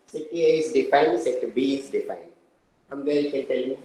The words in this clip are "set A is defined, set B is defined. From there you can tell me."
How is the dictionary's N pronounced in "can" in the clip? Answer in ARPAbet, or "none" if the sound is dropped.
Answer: L